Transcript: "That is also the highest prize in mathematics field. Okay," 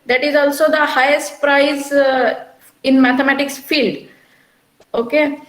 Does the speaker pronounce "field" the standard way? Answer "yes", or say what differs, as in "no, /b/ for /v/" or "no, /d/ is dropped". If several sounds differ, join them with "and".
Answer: yes